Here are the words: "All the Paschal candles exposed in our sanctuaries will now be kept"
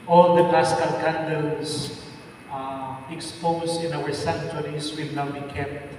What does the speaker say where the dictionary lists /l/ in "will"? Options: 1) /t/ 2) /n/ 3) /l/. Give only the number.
3